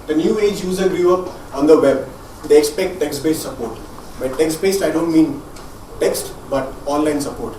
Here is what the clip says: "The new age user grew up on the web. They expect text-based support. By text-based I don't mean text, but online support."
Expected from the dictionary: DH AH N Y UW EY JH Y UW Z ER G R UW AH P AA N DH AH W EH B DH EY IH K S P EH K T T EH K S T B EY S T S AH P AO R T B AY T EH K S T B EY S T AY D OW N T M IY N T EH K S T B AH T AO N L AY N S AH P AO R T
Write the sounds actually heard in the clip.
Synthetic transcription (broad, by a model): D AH N Y UW EY JH Y UW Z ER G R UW AH P AA N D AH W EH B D EY IH K S P EH K T T EH K S T B EY S T S AH P AO R T B AY T EH K S T B EY S T AY D OW N T M IY N T EH K S T B AH T AO N L AY N S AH P AO R T